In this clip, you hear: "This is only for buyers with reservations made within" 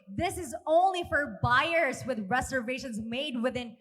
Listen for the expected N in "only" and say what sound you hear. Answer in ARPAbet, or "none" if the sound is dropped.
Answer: N